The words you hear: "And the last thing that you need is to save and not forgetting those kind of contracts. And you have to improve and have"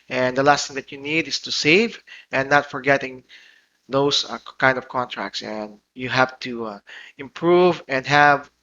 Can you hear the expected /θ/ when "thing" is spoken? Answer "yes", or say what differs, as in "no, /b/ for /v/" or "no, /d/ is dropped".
no, /t/ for /θ/